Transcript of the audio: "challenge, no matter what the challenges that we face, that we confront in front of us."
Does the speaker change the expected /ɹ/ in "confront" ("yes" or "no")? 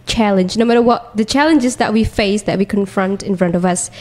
no